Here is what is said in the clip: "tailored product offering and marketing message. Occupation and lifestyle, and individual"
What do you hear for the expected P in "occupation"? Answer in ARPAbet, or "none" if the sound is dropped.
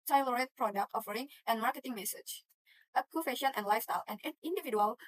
F